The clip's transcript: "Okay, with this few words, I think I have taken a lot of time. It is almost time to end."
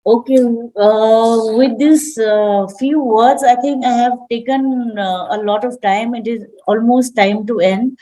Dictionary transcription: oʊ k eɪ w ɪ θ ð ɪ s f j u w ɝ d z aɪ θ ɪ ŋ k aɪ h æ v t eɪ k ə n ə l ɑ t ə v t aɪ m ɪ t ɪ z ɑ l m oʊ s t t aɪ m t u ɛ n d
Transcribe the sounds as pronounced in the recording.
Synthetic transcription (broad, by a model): oʊ k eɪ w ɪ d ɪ s f j u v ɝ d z aɪ t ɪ ŋ k aɪ h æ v t eɪ k ə n ə l ɑ t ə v t aɪ m ɪ t ɪ z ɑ l m oʊ s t t aɪ m t u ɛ n d